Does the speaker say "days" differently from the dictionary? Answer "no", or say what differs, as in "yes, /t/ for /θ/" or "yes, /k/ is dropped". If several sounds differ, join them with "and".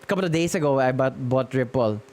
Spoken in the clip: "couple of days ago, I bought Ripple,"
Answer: yes, /s/ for /z/